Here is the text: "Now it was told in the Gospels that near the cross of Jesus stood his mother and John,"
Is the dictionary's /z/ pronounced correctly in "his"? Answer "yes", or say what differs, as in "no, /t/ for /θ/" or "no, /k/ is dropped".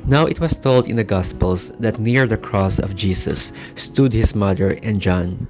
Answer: no, /s/ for /z/